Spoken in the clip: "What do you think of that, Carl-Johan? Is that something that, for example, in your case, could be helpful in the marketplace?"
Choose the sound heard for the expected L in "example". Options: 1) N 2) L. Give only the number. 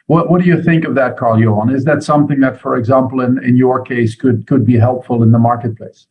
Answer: 1